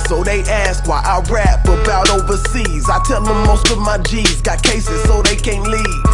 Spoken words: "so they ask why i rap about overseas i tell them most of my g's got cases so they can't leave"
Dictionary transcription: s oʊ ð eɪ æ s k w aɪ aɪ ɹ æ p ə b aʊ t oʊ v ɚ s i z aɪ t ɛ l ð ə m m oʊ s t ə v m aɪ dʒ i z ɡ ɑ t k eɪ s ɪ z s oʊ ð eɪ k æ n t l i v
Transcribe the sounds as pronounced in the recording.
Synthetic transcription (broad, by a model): s oʊ ð eɪ æ s k w aɪ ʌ ɹ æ f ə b aʊ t oʊ v ɚ s i z aɪ t ɛ l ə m m oʊ s t ə v m aɪ dʒ i z ɡ ɑ t k eɪ s ɪ z s oʊ ð eɪ k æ n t l i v